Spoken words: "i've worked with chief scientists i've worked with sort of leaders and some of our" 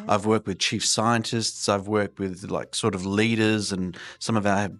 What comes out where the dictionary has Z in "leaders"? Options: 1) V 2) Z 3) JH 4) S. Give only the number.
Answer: 2